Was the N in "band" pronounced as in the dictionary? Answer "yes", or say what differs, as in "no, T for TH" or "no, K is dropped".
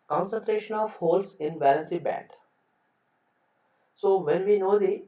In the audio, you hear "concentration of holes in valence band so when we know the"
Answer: no, N is dropped